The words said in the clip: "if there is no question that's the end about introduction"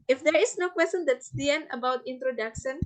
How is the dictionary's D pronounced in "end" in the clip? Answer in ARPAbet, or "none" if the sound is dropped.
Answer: none